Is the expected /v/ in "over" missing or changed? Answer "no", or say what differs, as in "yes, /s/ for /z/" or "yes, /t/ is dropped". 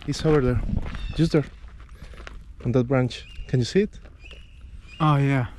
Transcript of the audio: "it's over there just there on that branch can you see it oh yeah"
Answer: yes, /w/ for /v/